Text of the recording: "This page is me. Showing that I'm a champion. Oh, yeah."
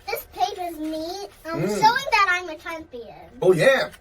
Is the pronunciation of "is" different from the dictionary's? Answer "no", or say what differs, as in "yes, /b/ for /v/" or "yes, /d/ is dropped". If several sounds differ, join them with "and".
no